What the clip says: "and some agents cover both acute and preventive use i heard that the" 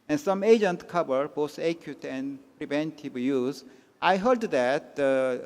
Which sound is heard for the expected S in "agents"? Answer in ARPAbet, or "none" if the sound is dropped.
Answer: none